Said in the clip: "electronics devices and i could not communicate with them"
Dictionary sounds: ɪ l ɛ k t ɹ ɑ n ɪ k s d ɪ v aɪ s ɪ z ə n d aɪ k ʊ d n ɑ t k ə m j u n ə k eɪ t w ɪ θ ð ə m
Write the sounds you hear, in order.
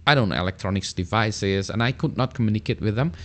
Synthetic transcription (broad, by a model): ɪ l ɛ k t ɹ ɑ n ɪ k s d ɪ v aɪ s ɪ z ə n aɪ k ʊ d n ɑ t k ə m j u n ə k eɪ t w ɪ ð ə m